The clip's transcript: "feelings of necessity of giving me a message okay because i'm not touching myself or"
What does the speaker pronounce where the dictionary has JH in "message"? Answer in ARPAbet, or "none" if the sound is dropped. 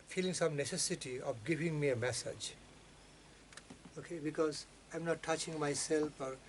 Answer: JH